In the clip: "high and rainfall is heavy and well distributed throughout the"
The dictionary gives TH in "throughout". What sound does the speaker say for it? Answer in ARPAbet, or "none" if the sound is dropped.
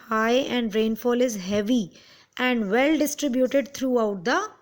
T